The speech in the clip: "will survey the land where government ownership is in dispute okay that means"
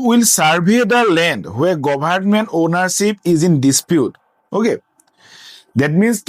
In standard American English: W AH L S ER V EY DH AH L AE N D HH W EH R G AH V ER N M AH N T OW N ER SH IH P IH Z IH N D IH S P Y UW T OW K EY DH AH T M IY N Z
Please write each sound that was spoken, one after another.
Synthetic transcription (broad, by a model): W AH L S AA B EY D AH L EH N D HH W EH R G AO B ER N M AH N T OW N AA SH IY P IH Z IH N D IH S P Y UW T OW K EY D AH T M IY N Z